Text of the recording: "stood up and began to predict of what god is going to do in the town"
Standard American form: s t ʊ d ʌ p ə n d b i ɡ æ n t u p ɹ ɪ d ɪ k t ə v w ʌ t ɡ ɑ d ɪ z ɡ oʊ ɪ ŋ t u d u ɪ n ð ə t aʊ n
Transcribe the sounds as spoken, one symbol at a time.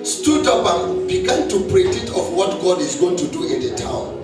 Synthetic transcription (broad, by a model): s t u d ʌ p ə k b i ɡ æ n t u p ɹ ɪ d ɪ t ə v w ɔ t ɡ ɑ d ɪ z ɡ oʊ ɪ ŋ t u d u ɪ n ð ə t aʊ n